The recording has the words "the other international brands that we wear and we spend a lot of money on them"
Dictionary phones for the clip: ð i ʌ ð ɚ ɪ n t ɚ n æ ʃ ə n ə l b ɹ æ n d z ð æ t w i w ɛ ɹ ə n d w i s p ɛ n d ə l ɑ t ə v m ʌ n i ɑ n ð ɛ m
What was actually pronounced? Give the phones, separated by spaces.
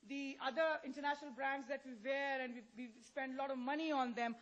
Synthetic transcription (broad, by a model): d i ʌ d ɚ ɪ n t ɚ n æ ʃ ə n ə l b ɹ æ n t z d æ t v i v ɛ ɹ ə n d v i s p ɛ n d l ɑ t ə v m ʌ n i ɑ n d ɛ m